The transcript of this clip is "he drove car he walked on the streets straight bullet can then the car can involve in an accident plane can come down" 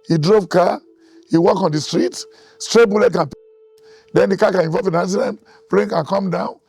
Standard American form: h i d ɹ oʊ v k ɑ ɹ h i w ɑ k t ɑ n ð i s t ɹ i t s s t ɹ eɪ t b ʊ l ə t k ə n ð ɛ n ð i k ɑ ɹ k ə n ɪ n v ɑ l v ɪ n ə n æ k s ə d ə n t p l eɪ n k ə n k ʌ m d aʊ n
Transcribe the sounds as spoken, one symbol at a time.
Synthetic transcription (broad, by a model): h i d ɹ oʊ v k ɑ h i w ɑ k ɑ n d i s t ɹ i t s s t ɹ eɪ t b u l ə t k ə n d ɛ n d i k ɑ k ə n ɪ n v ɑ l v ɪ n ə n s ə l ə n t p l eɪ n k ə n k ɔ m d aʊ n